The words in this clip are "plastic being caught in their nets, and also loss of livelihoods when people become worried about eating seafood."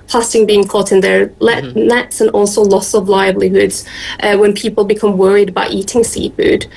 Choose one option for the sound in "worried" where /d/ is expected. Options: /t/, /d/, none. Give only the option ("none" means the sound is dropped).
/d/